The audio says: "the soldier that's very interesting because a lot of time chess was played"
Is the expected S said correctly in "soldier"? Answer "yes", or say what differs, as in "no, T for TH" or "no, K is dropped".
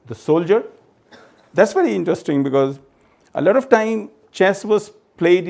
yes